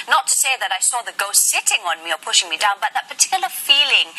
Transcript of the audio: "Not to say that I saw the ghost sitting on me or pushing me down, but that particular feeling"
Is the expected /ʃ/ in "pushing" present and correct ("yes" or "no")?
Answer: yes